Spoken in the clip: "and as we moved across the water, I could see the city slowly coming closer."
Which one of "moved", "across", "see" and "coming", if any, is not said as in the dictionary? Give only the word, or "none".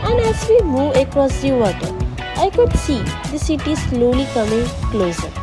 moved